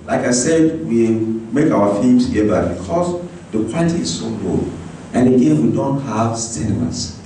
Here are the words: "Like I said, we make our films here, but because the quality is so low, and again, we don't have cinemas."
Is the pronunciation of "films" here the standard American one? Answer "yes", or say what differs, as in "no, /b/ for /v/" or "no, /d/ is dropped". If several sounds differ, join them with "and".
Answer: no, /l/ is dropped